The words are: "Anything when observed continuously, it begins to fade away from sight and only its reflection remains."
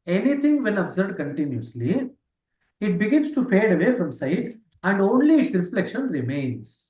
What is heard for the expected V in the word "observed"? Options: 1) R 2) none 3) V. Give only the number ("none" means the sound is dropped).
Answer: 2